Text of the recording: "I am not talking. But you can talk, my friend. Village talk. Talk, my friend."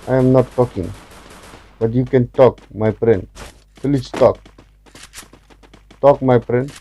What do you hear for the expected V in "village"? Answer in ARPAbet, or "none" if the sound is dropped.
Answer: F